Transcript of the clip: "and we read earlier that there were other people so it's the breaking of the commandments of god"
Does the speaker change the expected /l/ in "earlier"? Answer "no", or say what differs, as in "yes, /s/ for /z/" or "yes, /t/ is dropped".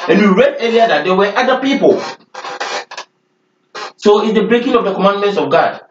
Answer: yes, /l/ is dropped